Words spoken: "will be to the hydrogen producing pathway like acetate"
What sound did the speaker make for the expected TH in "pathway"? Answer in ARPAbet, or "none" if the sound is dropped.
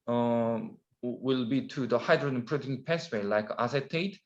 S